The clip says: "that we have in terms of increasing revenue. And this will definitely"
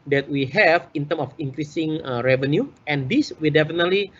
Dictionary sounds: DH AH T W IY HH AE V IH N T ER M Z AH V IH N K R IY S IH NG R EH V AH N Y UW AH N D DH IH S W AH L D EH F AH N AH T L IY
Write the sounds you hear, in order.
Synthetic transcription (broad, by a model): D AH T W IY HH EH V IH N T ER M AH F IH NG K R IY S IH NG R EH V AH N Y UW AH N D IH S W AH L D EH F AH N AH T L IY